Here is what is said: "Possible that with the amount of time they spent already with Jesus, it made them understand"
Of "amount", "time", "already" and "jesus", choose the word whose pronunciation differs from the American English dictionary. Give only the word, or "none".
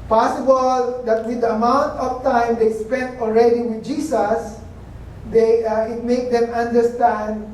jesus